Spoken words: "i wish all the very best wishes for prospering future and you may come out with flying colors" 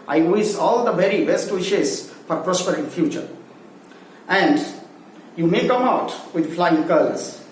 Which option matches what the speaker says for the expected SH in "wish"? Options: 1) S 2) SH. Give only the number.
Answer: 1